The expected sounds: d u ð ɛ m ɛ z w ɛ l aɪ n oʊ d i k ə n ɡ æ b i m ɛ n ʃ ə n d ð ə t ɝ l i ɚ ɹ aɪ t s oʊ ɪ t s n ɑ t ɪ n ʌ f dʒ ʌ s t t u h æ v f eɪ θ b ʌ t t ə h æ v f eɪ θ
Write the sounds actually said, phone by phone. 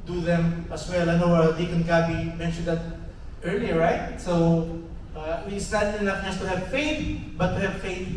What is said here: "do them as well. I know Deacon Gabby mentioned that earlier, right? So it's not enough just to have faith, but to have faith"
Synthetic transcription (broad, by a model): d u ð ɛ m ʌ s w ɛ l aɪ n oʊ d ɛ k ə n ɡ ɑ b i m ɛ n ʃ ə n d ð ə t ɝ l i ɚ ɹ aɪ t s oʊ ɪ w s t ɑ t ɪ n ʌ f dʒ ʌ s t t u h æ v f eɪ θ b ʌ t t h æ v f eɪ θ